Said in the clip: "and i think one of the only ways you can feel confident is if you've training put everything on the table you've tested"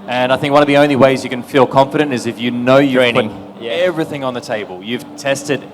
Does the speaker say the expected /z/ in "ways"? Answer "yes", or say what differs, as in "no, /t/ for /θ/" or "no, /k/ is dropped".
yes